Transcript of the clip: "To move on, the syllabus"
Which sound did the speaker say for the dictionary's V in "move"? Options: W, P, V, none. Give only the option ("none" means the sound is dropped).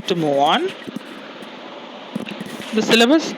none